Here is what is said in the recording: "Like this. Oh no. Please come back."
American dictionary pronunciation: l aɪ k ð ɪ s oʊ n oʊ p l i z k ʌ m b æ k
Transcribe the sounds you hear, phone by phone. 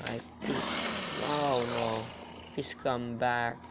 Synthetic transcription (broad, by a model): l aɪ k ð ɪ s oʊ n oʊ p i s k ʌ m b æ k